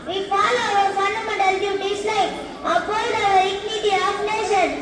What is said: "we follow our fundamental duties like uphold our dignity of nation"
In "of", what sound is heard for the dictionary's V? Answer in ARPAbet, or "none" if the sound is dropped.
P